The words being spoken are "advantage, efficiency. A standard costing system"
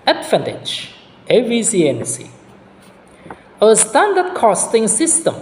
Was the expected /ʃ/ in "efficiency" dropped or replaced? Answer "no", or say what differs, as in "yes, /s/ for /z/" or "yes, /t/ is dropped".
yes, /s/ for /ʃ/